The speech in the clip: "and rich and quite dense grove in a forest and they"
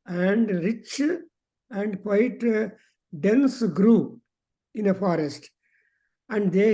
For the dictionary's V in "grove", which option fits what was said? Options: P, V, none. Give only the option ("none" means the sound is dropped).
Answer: none